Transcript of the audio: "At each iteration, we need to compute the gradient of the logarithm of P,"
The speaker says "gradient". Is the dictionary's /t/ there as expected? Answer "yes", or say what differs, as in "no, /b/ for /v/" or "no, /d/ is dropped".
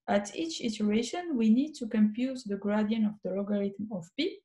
no, /t/ is dropped